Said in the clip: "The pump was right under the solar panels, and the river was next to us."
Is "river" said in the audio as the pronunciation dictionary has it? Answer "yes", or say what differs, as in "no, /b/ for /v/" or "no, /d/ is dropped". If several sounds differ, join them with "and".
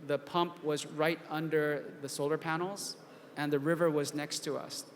yes